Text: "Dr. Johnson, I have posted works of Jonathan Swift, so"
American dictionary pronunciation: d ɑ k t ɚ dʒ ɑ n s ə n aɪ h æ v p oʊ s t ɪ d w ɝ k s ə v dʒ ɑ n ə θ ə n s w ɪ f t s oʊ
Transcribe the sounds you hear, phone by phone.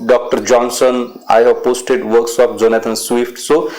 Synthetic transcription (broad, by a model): d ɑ k t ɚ dʒ ɑ n s ə n aɪ h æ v p oʊ s t ɪ d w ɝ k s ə p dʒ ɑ n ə t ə n s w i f t s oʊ